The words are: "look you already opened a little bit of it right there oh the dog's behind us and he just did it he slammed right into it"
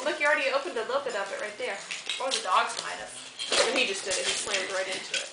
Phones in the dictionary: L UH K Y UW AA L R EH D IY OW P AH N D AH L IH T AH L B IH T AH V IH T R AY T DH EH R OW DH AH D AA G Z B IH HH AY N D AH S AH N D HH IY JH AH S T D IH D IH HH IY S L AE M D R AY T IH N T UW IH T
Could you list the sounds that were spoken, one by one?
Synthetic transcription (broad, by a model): L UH K Y AA L R EH D IY OW P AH N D AH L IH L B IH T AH P IH T R AY T DH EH R OW DH AH D AA G Z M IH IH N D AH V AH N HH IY JH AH S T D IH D IH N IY S L AE M D R AY T IH N T UW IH T